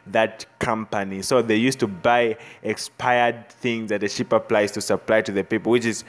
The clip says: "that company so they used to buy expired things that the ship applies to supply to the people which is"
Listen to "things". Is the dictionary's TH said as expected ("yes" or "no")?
yes